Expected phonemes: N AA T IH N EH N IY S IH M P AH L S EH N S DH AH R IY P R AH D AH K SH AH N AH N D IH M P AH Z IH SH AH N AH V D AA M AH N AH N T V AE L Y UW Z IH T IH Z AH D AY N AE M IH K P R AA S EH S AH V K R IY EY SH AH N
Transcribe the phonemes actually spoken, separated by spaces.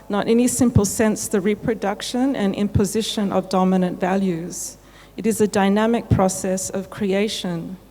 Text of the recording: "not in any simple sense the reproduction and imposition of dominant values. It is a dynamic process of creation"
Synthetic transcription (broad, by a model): N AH T EH N IY S IH M P AH L S EH N S DH AH R IY P R AH D AH K SH AH N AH N IH M P AH Z IH SH AH N AH V D AA M AH N AH N T V AE L Y UW Z IH T IH Z AH D AY N AE M IH K P R AA S EH S AH V K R IY EY SH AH N